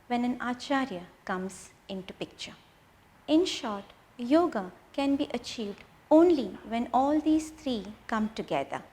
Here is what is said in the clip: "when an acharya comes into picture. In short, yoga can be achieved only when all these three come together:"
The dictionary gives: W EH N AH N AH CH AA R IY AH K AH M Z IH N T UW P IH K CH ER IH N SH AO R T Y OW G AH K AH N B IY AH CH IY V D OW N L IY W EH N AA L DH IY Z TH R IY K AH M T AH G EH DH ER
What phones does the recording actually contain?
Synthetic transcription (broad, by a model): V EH N AH N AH CH AA R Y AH K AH M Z IH N T UW P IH K CH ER IH N SH AO R T Y OW G AH K AH N B IY AH CH IY V D OW N L IY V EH N AA L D IY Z T R IY K AH M T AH G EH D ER